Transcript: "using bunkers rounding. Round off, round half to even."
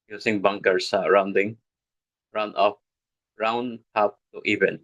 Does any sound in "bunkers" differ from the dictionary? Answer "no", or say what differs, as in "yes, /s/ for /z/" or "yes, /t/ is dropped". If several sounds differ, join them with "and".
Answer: yes, /s/ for /z/